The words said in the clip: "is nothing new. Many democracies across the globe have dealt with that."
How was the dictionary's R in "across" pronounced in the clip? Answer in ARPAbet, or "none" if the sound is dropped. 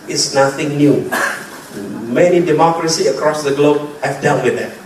R